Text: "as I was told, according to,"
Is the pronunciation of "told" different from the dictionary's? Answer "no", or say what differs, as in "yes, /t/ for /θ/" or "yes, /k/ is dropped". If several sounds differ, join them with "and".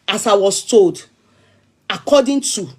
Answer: no